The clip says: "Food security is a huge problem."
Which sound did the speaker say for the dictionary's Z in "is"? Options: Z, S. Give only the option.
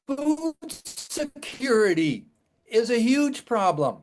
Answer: Z